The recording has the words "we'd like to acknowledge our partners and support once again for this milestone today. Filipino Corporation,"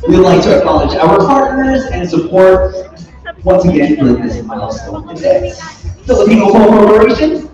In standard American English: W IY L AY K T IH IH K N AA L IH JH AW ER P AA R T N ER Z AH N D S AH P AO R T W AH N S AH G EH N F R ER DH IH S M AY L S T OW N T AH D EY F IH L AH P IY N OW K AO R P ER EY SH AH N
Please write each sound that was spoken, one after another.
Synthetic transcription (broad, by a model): W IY L AY K T IH IH K N AA L IH JH AW ER P AA R T N ER Z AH N S AH P AO R T W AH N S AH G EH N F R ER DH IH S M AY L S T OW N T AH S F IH L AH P IY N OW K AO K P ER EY SH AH N